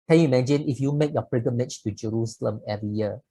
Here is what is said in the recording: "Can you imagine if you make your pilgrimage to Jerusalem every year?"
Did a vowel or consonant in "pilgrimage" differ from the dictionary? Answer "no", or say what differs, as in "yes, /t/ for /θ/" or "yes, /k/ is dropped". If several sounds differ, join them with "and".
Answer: yes, /l/ is dropped and /ɹ/ is dropped